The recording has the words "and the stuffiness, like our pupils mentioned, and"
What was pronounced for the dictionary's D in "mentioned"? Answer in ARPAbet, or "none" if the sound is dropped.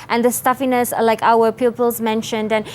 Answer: D